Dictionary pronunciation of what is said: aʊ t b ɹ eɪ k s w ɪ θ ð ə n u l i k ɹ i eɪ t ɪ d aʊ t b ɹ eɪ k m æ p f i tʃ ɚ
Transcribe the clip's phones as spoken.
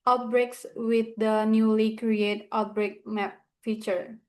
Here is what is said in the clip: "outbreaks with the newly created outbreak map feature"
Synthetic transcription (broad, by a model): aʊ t b ɹ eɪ k s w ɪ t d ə n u l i k ɹ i eɪ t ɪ ʊ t b ɹ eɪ k m æ p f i tʃ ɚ